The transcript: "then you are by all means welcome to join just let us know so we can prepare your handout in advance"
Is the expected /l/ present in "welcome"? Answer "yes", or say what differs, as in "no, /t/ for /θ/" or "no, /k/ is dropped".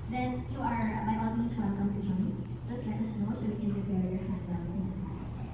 no, /n/ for /l/